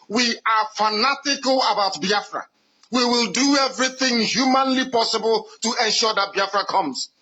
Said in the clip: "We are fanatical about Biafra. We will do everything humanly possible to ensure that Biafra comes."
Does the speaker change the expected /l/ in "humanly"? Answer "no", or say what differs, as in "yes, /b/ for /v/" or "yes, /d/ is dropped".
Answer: no